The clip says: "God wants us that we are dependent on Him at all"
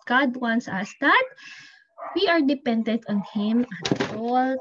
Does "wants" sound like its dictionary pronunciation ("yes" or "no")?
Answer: yes